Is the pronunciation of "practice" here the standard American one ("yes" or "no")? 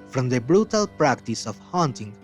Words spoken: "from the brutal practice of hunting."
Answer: yes